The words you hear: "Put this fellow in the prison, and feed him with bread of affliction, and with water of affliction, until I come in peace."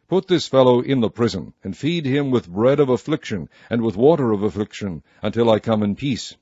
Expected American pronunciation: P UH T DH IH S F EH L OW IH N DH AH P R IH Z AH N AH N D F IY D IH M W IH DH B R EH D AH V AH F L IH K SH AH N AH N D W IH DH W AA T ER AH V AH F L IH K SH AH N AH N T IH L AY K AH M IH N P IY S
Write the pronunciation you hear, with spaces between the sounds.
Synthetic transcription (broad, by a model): P UH T DH IH S F EH L OW IH N DH AH P R IH Z AH N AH N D F IY D IH M W IH DH B R EH D AH V AH F L IH K SH AH N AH N W IH DH W AA T ER AH V AH F L IH K SH AH N AH N T IH L AY K AH M IH N P IY S